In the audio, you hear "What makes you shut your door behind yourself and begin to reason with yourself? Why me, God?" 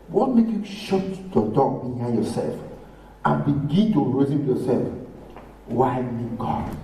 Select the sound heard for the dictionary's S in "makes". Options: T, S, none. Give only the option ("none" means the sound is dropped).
none